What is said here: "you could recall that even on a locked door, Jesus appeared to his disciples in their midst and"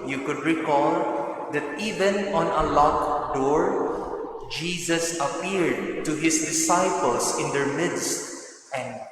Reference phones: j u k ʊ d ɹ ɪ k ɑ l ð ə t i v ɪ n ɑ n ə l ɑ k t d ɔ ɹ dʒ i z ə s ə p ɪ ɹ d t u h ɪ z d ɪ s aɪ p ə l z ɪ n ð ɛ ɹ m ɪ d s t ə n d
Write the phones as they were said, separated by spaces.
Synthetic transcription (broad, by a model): j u k ʊ d ɹ ɪ k ɑ l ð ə t i v ɪ n ɑ n ə l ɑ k d ɔ ɹ dʒ i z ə s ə p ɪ ɹ d t u h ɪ s d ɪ s aɪ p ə l s ɪ n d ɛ ɹ m ɪ d s t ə n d